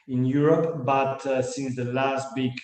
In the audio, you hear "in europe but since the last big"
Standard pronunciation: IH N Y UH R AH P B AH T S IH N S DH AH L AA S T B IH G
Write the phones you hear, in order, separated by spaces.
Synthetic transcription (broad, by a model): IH N Y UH R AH P B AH T S IH N S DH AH L AA S T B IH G